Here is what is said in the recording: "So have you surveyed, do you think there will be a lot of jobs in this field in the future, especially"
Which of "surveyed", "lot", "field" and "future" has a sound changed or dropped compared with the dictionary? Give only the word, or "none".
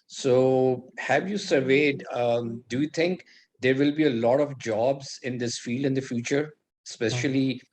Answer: none